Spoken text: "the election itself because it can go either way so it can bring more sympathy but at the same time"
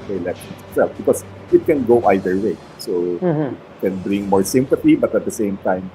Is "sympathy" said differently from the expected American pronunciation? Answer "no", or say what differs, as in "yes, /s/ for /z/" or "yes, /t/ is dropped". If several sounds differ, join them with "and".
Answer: yes, /t/ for /θ/